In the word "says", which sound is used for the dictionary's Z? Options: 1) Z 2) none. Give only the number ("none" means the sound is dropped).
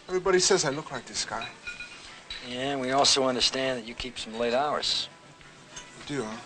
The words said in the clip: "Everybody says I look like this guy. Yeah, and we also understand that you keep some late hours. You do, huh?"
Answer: 1